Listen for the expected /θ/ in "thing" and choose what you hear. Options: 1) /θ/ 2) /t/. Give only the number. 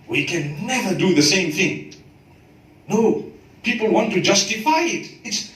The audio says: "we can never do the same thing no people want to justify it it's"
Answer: 1